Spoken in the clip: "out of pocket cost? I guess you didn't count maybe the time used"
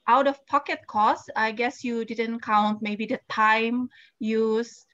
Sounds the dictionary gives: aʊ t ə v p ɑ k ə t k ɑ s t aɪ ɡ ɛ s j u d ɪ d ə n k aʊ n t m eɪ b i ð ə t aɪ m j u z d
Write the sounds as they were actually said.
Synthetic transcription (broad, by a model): aʊ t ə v p ɑ k ə t k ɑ s aɪ ɡ ɛ s j u d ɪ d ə n k aʊ n t m eɪ b i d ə t aɪ m j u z